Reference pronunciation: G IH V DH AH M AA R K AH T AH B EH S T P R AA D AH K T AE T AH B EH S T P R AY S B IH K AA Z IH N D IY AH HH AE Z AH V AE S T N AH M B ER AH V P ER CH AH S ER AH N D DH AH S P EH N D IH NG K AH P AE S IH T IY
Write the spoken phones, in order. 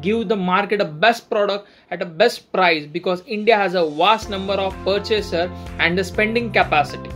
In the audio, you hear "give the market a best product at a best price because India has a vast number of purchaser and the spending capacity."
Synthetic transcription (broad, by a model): G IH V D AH M AA R K AH T AH B EH S T P R AA D AH K T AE T AH B EH S T P R AY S B IH K AA Z IH N D IY AH HH AE Z AH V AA S T N AH M B ER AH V P ER CH AH S ER AH N D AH S P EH N D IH NG K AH P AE S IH T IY